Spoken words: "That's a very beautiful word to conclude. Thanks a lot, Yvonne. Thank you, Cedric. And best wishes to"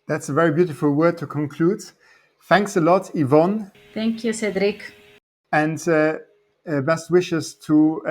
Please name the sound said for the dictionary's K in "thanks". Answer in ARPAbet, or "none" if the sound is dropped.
K